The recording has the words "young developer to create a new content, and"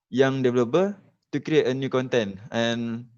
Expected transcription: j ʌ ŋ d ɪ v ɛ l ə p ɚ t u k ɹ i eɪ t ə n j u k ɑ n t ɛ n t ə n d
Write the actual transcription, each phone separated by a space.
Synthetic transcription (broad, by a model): j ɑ ŋ d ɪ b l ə b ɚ t u k ɹ i eɪ t ə n j u k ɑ n t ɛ n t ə n